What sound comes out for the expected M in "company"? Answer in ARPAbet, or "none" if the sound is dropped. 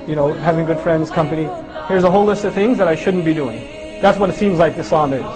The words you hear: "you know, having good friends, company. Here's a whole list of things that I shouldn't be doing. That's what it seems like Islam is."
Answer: M